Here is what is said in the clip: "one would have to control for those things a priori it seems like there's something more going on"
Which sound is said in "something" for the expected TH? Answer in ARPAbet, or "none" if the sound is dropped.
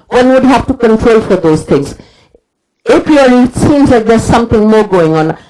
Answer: T